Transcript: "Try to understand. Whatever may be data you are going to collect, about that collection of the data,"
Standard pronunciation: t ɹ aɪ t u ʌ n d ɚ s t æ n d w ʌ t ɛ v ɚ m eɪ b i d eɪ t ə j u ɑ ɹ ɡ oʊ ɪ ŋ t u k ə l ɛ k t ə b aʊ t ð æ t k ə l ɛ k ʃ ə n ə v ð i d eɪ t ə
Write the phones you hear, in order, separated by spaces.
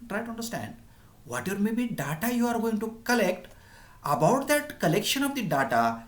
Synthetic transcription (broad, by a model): t ɹ aɪ t u ʌ n d ɚ s t æ n d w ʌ t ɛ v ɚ m eɪ b i d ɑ t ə j u ɑ ɹ ɡ oʊ ɪ ŋ t u k ə l ɛ k t ə b aʊ t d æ t k ə l ɛ k ʃ ə n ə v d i d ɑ t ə